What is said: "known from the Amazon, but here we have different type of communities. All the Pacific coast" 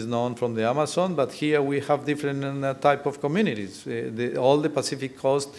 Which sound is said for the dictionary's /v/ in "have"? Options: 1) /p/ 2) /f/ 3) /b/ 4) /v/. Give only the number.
4